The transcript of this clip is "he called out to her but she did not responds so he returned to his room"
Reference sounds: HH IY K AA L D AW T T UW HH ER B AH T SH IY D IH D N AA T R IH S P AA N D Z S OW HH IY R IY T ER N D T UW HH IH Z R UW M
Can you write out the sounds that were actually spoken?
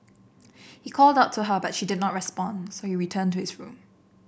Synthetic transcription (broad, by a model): HH IY K AA L D AW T T UW HH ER B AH T SH IY D IH D N AA T R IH S P AA N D S OW HH IY R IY T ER N T UW HH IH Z R UW M